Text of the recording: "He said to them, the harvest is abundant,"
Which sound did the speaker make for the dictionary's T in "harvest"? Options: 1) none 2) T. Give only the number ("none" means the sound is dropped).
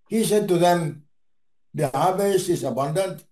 1